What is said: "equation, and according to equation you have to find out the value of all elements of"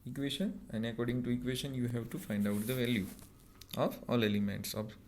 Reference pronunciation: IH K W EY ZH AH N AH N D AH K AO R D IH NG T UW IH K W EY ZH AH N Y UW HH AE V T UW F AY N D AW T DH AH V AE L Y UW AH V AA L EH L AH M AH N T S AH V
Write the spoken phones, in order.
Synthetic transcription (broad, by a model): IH K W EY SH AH N AH N D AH K AO R D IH NG T UW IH K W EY SH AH N Y UW HH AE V T UW F AY N D AW T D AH V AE L Y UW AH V AA L EH L AH M AH N T S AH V